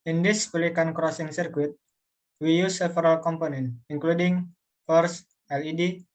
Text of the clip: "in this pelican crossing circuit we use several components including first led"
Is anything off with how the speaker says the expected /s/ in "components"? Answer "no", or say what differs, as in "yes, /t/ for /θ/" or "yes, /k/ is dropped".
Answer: yes, /s/ is dropped